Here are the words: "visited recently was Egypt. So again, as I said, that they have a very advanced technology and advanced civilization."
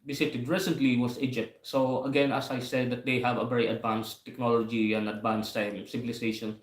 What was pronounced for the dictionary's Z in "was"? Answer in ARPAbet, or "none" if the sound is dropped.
S